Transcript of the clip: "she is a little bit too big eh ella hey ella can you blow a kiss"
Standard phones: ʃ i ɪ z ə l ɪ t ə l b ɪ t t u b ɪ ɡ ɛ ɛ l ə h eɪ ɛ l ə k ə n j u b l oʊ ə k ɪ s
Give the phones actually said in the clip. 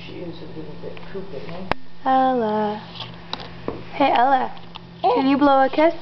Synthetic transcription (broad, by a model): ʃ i ɪ z ə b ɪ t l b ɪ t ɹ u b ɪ ɛ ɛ l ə h eɪ ɛ l ə k ə n j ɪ b l oʊ ə k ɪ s